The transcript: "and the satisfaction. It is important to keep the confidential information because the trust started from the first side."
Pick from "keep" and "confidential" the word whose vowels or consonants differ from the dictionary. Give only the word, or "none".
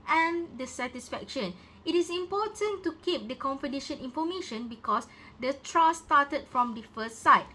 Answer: confidential